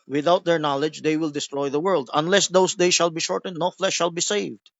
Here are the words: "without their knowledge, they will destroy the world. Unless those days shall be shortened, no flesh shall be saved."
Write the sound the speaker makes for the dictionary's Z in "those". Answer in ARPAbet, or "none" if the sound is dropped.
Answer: S